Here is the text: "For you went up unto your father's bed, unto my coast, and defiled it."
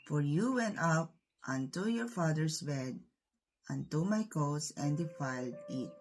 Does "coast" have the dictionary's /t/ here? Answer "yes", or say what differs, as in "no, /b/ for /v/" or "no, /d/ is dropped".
no, /t/ is dropped